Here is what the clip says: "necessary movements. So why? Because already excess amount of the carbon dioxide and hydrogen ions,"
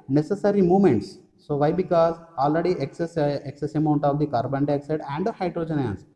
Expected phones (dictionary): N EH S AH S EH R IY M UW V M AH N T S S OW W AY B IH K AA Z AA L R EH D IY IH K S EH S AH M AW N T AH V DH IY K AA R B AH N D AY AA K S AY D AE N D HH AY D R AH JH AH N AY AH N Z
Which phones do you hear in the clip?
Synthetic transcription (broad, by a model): N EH S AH S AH R IY M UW M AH N T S S OW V AY B IH K AA Z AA L R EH D IY IH K S EH S AH M AW N T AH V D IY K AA R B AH N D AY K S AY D AE N D HH AY D R AH JH AH N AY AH N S